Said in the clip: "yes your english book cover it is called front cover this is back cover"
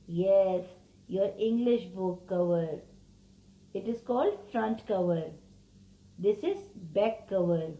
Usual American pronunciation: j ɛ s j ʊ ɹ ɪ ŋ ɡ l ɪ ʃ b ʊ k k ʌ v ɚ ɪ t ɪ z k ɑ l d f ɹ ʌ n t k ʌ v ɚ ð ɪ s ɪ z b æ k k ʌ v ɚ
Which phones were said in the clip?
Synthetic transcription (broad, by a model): j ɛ s j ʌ ɹ ɪ ŋ ɡ l ɪ ʃ b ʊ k k ʌ v ɚ ɪ t ɪ z k ɑ l d f ɹ ʌ n t k ʌ v ɚ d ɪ s ɪ z b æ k k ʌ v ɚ